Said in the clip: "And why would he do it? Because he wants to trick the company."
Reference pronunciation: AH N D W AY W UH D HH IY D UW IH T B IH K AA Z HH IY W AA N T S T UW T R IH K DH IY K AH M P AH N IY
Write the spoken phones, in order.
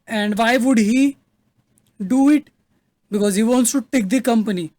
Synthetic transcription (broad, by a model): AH N D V AY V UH D HH IY D UW IH T B IH K AA Z HH IY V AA N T S T UW T IH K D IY K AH M P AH N IY